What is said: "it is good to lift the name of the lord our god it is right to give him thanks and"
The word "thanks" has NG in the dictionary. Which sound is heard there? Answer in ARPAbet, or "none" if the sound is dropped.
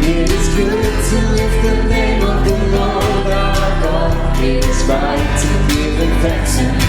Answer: none